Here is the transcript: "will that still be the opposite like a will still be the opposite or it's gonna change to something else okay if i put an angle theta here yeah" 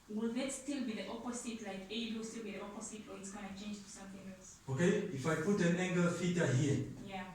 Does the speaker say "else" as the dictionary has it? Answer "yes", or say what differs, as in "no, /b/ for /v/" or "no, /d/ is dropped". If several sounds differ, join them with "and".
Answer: yes